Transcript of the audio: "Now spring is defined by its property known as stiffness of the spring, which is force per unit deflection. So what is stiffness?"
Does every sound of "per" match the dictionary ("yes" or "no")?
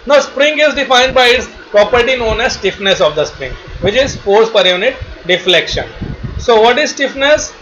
yes